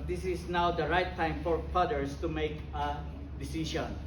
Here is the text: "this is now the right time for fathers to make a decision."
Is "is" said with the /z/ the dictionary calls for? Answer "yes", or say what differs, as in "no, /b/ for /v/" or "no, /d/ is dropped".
no, /s/ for /z/